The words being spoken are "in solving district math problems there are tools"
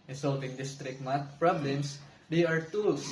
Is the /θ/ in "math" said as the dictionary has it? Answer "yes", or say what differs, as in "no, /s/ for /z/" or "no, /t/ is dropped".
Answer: no, /t/ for /θ/